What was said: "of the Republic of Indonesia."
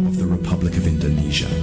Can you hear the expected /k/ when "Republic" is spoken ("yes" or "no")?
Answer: yes